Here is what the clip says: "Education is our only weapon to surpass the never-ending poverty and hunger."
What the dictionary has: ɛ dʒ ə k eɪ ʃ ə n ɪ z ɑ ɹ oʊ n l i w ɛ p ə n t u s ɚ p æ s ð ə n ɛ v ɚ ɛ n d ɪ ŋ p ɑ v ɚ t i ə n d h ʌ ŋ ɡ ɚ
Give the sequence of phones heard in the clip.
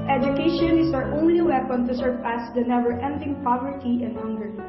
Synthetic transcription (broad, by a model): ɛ dʒ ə k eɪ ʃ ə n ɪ s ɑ ɹ oʊ n l i w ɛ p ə n t u s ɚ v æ s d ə n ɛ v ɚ ɛ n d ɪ ŋ p ɑ v ɚ t i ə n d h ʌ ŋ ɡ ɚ